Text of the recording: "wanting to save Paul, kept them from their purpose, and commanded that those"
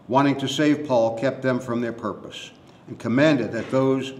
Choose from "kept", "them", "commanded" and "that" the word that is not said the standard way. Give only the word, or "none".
none